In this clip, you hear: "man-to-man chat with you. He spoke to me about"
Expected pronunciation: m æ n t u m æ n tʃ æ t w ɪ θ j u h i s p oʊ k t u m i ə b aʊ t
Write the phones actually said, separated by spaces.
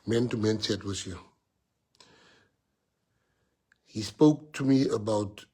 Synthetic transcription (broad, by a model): m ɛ n t u m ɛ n s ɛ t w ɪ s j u h i s p oʊ k t u m i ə b aʊ t